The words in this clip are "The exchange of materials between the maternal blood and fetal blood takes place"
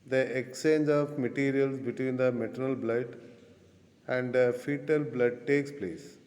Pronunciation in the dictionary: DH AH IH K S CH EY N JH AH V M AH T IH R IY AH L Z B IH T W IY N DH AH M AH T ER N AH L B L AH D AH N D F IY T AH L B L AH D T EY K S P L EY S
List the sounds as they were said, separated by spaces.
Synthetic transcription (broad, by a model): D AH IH K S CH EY N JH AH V M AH T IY R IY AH L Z B IH T W IY N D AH M AH T ER N AH L B L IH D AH N D F IY T AH L B L AH D T EY K S P L EY S